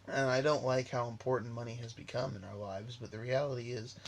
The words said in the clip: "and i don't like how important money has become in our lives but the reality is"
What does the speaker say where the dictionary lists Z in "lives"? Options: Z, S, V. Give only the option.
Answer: Z